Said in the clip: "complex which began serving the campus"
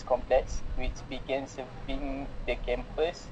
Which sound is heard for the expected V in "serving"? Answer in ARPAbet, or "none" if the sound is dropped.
B